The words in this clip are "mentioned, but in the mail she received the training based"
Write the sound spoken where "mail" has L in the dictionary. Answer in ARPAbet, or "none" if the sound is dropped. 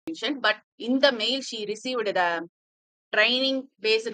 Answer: L